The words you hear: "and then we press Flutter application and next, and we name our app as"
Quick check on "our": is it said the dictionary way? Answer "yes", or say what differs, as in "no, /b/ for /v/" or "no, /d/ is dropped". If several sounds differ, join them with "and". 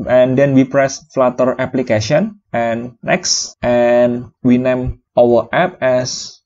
no, /w/ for /ɹ/